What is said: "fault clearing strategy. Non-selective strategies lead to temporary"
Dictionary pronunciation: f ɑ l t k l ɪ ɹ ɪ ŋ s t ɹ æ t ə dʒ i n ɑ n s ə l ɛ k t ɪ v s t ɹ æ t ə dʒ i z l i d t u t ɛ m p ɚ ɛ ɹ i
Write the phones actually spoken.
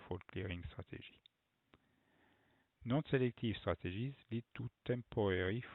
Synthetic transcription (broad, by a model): f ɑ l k l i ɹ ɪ ŋ s t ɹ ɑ t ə ʒ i n ɑ n s ə l ɛ k t ɪ v s t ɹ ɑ t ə ʒ i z l i d t u t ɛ m p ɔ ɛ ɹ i